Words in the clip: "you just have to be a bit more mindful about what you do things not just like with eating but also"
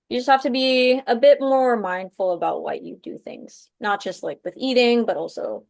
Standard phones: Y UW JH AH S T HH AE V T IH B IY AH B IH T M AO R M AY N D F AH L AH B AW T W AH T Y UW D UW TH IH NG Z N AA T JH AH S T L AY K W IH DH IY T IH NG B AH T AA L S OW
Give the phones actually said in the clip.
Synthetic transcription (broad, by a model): Y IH JH AH S T HH AE F T IH B IY AH B IH T M AO R M AY N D F L AH B AW T W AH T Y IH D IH TH IH NG Z N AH T JH AH S T L AY K W IH DH IY T IH NG B AH T AA L S OW